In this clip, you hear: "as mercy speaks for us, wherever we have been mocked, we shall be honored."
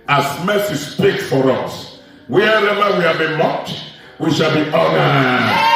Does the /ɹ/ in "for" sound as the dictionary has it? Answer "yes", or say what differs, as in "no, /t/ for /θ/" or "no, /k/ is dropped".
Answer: yes